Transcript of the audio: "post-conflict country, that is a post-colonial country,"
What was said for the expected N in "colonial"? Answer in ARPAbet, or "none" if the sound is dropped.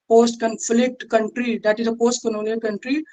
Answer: L